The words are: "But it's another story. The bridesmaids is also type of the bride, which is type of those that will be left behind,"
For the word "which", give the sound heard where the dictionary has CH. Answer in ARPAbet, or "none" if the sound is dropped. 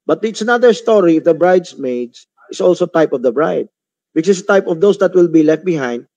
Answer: S